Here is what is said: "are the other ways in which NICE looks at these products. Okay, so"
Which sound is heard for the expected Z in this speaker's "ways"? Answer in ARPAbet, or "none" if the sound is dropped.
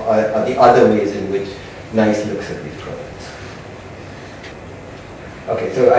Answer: Z